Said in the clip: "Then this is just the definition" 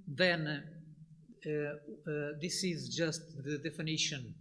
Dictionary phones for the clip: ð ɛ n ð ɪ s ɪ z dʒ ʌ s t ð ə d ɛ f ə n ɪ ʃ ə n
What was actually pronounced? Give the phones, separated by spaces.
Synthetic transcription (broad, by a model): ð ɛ n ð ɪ s ɪ z dʒ ʌ s t ð ə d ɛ f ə n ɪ ʃ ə n